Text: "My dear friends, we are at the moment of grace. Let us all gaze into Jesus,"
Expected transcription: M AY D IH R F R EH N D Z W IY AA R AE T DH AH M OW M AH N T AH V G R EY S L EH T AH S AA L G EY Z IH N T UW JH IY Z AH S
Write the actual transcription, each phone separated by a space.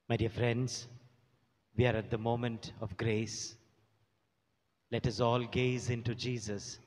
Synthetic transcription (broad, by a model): M AY D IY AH F R EH N D Z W IY AA R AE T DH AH M OW M AH N T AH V G R EY S L EH T AH S AA L G EY Z IH N T UW JH IY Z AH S